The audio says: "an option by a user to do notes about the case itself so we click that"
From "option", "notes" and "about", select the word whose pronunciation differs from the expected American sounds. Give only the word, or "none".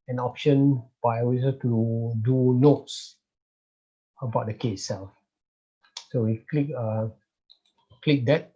none